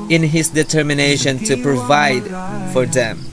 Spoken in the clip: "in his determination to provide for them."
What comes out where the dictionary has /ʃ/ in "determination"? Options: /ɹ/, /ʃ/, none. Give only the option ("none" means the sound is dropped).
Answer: /ʃ/